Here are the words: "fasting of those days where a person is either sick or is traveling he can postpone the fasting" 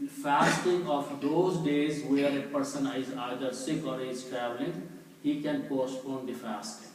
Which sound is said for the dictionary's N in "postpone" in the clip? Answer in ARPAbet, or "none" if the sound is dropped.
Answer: N